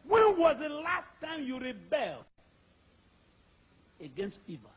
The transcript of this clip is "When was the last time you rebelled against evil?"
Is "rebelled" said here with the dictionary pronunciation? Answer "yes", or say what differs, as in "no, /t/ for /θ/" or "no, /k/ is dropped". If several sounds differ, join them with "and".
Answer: yes